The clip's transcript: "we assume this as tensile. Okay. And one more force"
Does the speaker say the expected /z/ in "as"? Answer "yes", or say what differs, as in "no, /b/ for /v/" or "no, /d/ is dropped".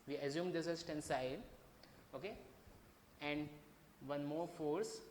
no, /s/ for /z/